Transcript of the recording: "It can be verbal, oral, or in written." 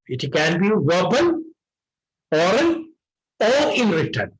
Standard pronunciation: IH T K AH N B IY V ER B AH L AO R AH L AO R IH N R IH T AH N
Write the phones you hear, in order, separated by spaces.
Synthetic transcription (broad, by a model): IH T K AH N B IY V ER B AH N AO R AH N AO R IH N R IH T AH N